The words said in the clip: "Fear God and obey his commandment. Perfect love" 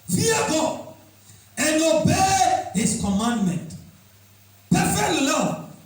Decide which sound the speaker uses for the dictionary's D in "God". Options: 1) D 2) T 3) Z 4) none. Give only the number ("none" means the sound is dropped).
4